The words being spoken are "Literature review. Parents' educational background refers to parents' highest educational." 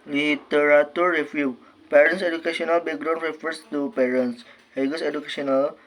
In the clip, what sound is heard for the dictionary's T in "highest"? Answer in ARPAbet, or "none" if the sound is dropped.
none